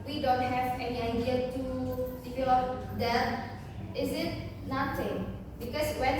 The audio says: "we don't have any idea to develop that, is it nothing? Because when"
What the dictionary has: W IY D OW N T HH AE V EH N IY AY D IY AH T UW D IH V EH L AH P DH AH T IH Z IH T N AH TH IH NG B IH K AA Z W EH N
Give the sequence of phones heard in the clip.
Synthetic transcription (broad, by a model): W IY D OW N T HH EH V EH N IY AY D IY AH T UW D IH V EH L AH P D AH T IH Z IH T N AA T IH NG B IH K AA S W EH N